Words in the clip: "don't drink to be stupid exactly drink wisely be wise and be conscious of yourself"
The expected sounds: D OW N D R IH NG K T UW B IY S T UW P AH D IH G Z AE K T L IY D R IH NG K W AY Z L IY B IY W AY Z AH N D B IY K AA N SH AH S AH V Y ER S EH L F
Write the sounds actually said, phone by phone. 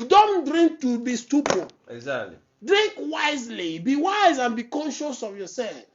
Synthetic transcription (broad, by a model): D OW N D R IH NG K T UW B IY S T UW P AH IH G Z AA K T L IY D R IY NG K W AY Z L IY B IY W AY Z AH N B IY K AA N SH AH S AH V Y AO S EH L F